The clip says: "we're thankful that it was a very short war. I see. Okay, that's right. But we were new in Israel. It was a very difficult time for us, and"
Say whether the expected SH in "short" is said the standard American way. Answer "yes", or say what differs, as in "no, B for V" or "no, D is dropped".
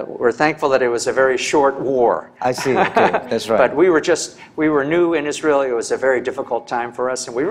yes